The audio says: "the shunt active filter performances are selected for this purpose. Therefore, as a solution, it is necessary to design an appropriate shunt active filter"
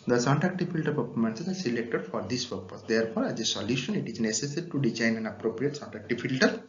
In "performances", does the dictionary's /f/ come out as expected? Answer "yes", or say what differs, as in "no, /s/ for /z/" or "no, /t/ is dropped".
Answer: no, /p/ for /f/